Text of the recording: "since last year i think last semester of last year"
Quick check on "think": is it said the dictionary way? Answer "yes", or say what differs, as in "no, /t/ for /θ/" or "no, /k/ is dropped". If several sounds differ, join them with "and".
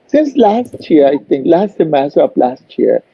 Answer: no, /t/ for /θ/